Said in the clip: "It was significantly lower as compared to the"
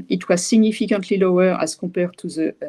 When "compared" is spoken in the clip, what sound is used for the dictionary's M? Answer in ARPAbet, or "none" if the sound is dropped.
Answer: none